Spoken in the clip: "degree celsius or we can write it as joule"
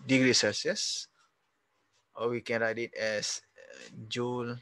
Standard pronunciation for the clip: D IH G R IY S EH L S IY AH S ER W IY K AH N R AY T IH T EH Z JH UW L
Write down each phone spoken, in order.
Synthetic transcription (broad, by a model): D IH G R IY S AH S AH S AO W IY K AH N R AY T IH T EH S JH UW L